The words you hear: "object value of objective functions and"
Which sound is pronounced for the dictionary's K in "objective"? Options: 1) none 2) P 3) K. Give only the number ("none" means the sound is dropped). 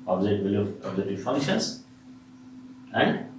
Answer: 1